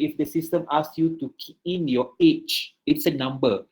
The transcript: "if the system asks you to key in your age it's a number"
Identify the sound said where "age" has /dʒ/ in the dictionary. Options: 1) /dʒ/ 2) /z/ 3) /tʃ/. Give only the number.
3